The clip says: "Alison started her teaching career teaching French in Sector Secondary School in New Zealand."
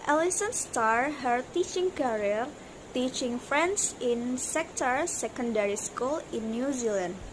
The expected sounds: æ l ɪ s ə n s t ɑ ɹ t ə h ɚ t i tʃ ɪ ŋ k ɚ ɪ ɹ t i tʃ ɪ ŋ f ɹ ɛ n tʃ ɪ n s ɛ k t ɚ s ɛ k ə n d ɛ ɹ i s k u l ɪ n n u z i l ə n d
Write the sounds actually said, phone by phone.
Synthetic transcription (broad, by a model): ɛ l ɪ s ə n s t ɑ ɹ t h ɚ t i tʃ ɪ ŋ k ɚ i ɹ t i tʃ ɪ ŋ f ɹ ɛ n s ɪ n s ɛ k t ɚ s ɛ k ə n d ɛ ɹ i s k u l ɪ n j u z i l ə n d